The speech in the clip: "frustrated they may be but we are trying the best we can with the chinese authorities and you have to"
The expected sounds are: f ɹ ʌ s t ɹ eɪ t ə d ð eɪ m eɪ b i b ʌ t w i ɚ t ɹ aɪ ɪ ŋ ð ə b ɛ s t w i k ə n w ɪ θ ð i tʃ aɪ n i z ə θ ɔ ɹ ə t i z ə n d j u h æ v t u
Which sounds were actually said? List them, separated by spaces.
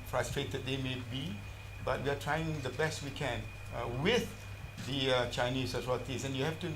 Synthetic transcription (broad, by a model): f ɹ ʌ s t ɹ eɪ t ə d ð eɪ m eɪ b i b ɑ t w i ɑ t ɹ aɪ ɪ ŋ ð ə b ɛ s t w i k ə n w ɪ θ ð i tʃ aɪ n i s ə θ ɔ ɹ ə t i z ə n j u h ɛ f t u